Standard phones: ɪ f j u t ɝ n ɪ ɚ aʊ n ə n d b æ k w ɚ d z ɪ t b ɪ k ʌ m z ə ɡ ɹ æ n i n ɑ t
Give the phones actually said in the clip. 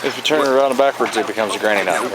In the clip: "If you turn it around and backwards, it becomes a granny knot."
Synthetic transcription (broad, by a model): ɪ f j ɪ t ɝ n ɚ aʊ ə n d b æ k w ɚ d z ɪ t b ɪ k ʌ m z ə ɡ ɹ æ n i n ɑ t